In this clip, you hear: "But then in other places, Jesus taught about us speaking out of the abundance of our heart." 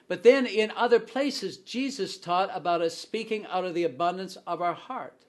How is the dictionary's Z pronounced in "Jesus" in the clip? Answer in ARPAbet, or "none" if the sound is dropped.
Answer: Z